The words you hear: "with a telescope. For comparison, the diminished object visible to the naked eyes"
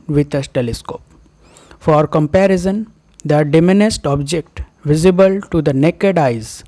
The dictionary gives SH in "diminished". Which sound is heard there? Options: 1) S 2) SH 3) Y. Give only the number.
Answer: 1